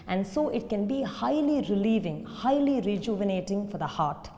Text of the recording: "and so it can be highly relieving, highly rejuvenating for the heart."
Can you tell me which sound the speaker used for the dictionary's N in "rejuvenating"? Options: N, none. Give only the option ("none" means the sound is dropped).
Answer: N